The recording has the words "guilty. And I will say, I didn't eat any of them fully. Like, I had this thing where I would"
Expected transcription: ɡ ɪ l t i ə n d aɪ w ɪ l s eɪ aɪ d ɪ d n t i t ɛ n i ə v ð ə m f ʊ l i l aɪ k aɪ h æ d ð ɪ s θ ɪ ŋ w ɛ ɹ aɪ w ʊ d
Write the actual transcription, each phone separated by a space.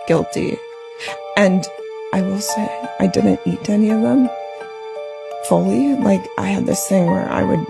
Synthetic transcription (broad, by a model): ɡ ɪ l t i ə n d aɪ w ɪ l s eɪ aɪ d ɪ d n t i t ɛ n i ə v ð ə m f ʊ l i l aɪ k aɪ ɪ d ð ɪ s θ ɪ ŋ w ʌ ɹ aɪ w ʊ d